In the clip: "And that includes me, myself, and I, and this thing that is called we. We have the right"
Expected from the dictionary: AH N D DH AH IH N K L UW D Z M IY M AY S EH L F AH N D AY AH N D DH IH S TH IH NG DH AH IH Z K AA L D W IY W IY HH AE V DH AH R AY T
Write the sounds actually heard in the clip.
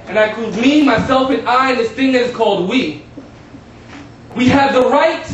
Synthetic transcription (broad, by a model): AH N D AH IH K UW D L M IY M AY S EH L F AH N AY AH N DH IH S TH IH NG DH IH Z K AA L D W IY W IY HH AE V DH AH R AY T